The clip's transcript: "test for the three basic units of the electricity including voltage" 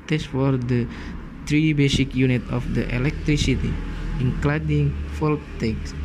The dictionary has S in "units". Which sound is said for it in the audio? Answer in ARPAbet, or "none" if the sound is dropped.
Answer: none